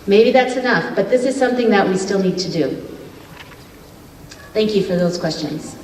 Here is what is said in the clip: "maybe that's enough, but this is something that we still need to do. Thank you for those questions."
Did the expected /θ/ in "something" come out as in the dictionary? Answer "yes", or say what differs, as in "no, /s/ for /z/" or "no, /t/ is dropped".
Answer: yes